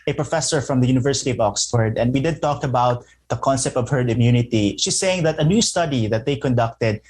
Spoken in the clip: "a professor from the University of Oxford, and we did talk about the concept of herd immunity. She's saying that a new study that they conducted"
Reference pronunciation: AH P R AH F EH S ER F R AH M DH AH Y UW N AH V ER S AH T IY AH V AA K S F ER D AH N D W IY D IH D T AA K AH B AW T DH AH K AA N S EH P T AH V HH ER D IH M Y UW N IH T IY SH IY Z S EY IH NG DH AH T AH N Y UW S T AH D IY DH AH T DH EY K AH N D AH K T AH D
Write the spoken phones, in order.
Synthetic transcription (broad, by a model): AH P R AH F EH S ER F R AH M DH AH Y UW N AH V ER S AH T IY AH V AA K S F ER D AH N D W IY D IH D T AA K AH B AW T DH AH K AA N S EH P T AH V HH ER IH M Y UW N IH T IY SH IY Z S EY IH NG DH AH T AH N Y UW S T AH D IY DH AH T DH EY K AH N D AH K T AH D